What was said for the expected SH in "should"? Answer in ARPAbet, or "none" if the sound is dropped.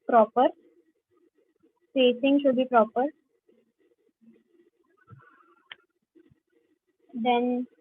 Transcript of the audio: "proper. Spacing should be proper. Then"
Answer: SH